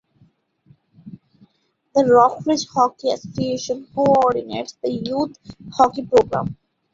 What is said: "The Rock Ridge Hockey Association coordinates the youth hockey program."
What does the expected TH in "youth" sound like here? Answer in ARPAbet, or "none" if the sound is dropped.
T